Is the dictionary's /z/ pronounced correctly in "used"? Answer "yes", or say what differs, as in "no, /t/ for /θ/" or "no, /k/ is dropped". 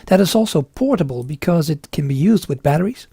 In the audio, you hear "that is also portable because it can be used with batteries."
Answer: yes